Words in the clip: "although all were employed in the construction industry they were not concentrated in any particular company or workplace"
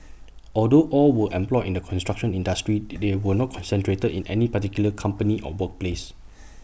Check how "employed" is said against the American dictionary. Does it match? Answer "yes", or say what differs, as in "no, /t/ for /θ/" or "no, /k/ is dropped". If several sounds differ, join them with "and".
no, /d/ is dropped